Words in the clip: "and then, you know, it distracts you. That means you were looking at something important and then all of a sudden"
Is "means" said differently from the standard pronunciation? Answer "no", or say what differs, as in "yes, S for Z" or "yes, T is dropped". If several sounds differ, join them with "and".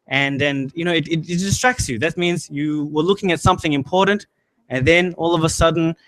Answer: no